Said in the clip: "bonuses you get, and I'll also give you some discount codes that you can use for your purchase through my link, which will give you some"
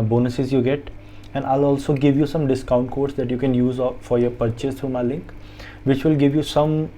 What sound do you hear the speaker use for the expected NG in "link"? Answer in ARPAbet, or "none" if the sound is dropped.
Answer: NG